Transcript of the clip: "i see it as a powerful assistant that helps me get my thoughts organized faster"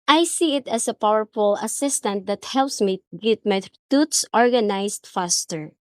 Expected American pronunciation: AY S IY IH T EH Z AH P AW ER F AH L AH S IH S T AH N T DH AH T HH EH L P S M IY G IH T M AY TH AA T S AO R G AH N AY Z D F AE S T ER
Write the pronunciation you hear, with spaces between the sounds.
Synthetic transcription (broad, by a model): AY S IY IH T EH S AH P AW ER F AH L AH S IH S T AH N T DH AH T HH EH L P S M IY G IH T M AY T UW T S AO R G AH N AY S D F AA S T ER